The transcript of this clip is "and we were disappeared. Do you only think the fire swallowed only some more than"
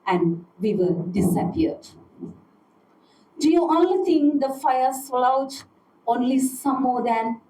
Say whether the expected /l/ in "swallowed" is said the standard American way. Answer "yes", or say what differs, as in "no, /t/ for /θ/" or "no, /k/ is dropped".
no, /l/ is dropped